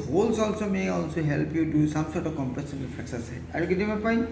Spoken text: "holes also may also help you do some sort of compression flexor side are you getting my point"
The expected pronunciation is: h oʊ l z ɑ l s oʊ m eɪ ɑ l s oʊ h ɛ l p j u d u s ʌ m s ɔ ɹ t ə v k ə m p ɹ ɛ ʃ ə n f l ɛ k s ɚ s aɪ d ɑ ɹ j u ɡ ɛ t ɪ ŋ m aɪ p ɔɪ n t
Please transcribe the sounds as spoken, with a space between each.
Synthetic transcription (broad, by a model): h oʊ l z ɑ l s oʊ m eɪ ɑ l s oʊ h ɛ l p j u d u s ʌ m s ɔ ɹ t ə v k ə m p ɛ s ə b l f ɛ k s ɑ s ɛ ɑ ɹ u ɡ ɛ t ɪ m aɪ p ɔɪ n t